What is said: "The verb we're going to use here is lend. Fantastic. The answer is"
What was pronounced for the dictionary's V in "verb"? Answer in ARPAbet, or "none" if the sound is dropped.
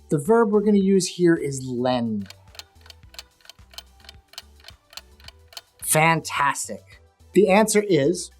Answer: V